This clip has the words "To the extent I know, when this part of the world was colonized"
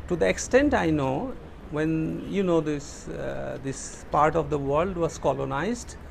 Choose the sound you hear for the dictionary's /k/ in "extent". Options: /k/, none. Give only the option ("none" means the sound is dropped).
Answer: /k/